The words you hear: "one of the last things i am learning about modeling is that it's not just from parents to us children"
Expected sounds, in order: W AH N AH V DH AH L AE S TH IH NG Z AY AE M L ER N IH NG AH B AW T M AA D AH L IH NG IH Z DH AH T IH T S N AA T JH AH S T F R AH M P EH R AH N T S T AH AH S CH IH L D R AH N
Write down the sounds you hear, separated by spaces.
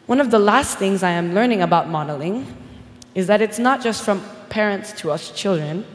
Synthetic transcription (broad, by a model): W AH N AH V DH AH L AE S TH IH NG Z AY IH M L ER N IH NG AH B AW T M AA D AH L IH NG IH Z DH AH T IH T S N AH T JH AH S T F R AH M P EH R AH N T S T AH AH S CH IH L D R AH N